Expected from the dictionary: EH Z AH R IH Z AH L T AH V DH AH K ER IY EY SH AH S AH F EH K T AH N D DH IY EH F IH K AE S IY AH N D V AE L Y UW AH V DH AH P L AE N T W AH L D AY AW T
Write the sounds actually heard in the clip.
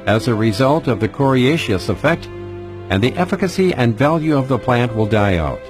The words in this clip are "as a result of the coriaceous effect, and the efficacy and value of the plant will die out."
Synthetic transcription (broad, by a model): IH Z AH R IH Z AH L T AH V DH AH K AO IY EY SH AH S AH F EH K T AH N DH IY EH F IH K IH S IY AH N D V AE L Y UW AH V DH AH P L AE N T W AH L D AY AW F